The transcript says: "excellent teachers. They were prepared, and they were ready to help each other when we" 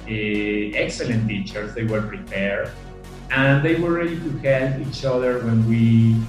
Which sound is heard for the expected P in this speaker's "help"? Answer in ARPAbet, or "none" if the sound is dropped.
none